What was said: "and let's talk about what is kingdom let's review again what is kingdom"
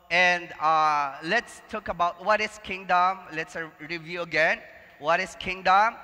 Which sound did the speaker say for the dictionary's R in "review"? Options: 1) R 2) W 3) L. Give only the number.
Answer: 1